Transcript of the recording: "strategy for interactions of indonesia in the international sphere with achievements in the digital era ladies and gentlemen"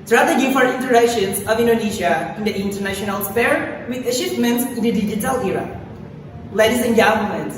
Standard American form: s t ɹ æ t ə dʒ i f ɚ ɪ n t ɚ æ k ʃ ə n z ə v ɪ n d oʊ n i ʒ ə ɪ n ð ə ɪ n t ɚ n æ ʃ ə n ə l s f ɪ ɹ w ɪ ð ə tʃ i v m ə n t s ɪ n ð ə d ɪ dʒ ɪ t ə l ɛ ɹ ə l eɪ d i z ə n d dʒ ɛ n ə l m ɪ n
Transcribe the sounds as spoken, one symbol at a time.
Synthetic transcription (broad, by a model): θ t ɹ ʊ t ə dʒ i f ɚ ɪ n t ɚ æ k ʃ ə n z ə v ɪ n d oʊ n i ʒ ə ɪ n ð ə ɪ n t ɚ n æ ʃ ə n ə l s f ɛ ɹ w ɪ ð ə ʃ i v m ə n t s ɪ n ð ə d ɪ dʒ ɪ t ə l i ɹ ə l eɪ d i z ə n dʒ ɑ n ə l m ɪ n